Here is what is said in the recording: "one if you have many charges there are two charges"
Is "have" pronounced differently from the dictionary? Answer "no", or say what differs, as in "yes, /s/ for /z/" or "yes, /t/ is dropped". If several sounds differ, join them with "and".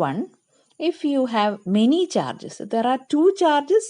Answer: no